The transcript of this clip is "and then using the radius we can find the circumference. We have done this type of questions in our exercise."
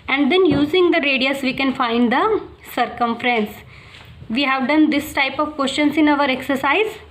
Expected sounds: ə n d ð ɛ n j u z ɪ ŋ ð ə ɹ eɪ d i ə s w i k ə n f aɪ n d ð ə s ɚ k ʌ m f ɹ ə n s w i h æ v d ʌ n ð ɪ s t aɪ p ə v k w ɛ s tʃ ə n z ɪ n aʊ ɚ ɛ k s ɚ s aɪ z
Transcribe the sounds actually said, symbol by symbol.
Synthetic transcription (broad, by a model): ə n d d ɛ n j u z ɪ ŋ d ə ɹ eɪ d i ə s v i k ə n f aɪ n d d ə s ɚ k ʌ m f ɹ ə n s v i h æ v d ʌ n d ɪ s t aɪ p ə v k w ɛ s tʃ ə n s ɪ n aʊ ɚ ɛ k s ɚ s aɪ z